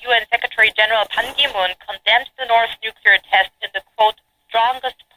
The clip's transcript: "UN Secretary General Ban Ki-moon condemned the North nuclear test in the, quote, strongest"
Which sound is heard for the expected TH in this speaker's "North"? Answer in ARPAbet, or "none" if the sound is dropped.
TH